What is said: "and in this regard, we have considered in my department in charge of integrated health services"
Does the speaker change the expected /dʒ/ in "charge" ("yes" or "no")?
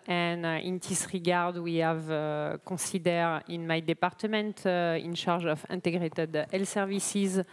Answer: yes